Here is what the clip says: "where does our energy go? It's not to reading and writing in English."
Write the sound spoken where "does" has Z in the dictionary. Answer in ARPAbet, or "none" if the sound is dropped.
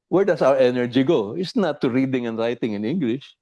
S